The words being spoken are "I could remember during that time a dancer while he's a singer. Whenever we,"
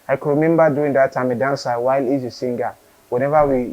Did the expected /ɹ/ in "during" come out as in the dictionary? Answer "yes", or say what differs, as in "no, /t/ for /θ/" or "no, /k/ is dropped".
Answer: no, /ɹ/ is dropped